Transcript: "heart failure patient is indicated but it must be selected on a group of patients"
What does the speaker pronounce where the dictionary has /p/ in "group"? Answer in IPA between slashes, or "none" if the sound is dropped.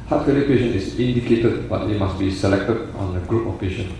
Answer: /p/